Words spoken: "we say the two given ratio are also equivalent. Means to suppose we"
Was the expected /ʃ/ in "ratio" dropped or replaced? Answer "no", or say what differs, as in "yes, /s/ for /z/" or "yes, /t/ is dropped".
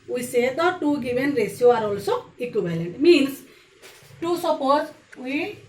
yes, /s/ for /ʃ/